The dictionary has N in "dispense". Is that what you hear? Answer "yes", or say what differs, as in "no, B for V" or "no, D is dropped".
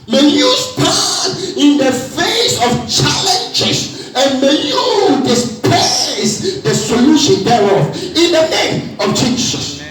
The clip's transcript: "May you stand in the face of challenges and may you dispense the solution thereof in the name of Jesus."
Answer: no, N is dropped